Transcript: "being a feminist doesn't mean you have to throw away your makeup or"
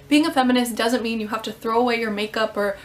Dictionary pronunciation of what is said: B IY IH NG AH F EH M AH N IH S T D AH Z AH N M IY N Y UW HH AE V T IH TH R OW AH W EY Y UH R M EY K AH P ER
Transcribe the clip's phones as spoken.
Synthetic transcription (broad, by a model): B IY IH NG AH F EH M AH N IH S D AH Z AH N M IY N Y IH HH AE F T IH TH R OW AH W EY Y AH R M EY K AH P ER